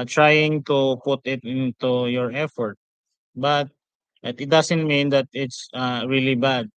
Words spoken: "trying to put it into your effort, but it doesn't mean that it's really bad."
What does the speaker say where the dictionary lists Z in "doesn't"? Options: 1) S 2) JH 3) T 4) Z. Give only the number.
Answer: 1